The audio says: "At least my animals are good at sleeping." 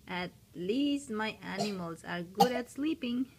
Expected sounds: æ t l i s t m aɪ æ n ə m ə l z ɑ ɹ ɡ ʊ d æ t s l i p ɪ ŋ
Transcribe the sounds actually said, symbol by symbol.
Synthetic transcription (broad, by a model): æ t l i s t m aɪ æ n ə m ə l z ɑ ɹ ɡ ʊ d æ t s l i p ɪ ŋ